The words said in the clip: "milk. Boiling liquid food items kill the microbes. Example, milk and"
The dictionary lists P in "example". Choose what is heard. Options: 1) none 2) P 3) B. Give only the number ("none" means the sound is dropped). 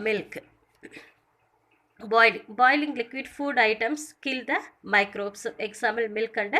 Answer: 1